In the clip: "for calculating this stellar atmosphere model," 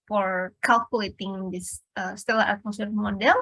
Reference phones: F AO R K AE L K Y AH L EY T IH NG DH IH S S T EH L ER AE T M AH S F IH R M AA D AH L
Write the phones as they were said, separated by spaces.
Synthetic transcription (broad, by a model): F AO R K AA L K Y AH L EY T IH NG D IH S S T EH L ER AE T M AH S IH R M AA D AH L